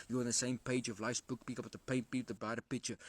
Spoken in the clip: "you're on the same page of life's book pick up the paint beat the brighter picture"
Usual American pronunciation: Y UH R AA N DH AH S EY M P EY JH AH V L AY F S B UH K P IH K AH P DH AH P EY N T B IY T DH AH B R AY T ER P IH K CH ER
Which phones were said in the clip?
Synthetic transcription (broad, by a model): Y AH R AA N DH AH S EY M P EY JH AH V L AY F S B UH K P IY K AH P DH AH P EY N T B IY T DH AH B AY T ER P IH K CH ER